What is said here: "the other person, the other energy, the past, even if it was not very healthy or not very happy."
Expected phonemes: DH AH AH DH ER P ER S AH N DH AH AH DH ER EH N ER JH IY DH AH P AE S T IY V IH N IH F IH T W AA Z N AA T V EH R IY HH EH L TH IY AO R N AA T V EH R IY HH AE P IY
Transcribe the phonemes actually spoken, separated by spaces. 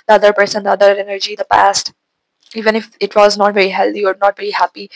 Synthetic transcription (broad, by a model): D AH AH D ER P ER S AH N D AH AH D ER EH N ER JH IY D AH P AE S T IY V IH N IH F IH T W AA Z N AA T V EH R IY HH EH L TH IY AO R N AA T V EH R IY HH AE P IY